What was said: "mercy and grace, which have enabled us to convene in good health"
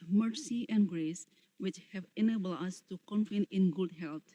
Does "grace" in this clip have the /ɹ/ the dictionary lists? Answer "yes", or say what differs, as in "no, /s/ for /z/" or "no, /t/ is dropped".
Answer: yes